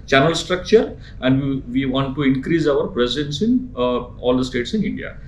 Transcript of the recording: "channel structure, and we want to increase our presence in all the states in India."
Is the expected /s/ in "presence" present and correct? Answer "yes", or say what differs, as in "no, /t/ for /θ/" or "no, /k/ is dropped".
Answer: yes